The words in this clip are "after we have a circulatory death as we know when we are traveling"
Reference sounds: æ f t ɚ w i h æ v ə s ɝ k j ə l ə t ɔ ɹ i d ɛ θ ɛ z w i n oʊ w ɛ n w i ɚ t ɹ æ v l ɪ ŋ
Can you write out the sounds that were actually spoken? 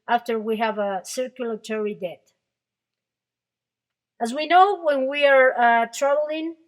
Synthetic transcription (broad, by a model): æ f t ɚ w i h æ v ə s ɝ k j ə l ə t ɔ ɹ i d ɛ t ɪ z w i n oʊ w ɛ n w i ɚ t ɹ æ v l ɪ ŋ